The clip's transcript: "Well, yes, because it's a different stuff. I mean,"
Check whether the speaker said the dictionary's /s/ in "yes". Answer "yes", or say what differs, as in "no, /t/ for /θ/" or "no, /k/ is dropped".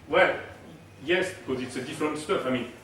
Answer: yes